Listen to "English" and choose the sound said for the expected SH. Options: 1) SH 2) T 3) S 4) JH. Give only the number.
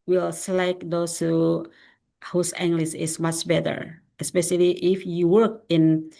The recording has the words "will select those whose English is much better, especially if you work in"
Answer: 3